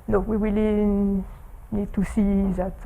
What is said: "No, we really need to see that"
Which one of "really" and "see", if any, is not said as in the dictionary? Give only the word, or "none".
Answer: really